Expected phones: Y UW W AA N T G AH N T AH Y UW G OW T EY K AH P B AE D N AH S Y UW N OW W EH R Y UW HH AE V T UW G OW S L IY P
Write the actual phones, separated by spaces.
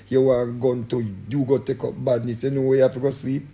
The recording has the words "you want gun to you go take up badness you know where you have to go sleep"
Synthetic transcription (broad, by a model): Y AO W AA G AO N T AH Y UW G OW T EY K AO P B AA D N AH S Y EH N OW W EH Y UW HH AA F T UW G OW S L IY P